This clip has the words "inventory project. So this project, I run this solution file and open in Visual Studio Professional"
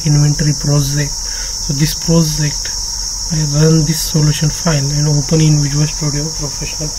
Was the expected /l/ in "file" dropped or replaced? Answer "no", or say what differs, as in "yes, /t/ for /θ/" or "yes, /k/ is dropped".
yes, /n/ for /l/